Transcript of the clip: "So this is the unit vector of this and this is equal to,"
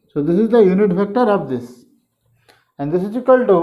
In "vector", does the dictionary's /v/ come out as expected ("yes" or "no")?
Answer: no